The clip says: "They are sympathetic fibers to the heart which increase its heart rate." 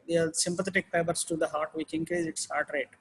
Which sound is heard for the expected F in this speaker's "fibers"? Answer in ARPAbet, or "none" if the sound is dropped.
P